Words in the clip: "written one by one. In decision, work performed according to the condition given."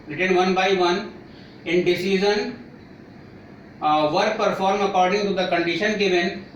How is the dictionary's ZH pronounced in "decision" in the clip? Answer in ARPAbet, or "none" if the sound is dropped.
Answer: Z